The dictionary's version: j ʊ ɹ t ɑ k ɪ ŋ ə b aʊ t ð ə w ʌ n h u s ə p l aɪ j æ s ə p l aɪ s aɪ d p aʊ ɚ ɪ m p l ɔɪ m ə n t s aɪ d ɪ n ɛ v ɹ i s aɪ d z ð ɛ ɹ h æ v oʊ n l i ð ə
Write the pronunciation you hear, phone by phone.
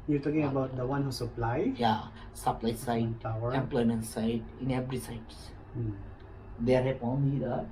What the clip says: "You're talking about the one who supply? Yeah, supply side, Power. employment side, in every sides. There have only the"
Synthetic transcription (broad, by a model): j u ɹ t ɑ k ɪ ŋ ə b aʊ t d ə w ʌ n h u s ə p l aɪ j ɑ s ə p l aɪ s aɪ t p aʊ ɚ ɪ m p l ɔɪ m ə n t s aɪ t ɪ n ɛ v ɹ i s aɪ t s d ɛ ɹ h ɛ p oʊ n i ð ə